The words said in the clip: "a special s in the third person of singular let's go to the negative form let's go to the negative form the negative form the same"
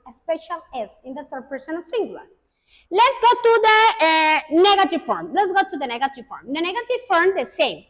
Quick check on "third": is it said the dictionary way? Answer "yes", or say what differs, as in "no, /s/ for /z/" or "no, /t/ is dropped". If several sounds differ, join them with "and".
no, /t/ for /θ/